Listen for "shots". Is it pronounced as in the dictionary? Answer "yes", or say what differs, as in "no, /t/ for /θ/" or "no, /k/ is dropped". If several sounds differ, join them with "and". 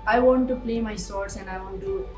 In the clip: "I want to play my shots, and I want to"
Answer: no, /s/ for /ʃ/